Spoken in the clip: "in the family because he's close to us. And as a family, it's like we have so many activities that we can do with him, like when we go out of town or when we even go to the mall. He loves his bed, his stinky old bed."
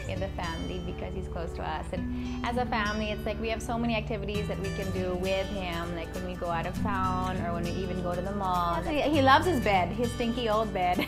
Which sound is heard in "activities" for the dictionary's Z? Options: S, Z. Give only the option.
Z